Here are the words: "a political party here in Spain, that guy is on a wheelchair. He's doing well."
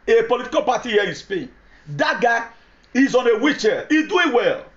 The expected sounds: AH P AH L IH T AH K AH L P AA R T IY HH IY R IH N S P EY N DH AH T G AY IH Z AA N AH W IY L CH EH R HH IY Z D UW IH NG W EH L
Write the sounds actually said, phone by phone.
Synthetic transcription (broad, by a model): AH P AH L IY T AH K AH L P AA T IY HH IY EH IH N S P EY N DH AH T G AY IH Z AA N AH W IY CH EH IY D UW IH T W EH L